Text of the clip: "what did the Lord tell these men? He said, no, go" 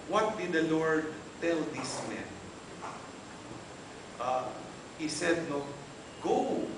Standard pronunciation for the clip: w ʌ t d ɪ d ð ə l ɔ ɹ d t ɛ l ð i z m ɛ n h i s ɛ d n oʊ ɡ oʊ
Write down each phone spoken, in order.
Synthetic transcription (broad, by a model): w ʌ t d ɪ d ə l ɔ ɹ d t ɛ l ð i s m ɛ n h i s ɛ d n oʊ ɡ oʊ